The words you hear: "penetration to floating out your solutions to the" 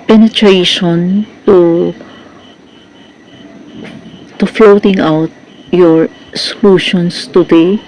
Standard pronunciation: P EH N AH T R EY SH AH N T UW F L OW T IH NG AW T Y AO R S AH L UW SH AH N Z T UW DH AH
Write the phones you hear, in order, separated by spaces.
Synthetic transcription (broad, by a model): P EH N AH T R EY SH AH N T UW F L OW T IH NG AW T Y AO R S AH L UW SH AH N S T UW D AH